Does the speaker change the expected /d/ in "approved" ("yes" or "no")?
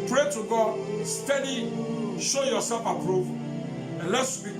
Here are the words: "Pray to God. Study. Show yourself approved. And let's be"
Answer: yes